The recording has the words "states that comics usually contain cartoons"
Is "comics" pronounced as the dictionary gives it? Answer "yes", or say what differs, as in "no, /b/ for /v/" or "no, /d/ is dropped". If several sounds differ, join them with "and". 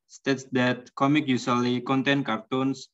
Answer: no, /s/ is dropped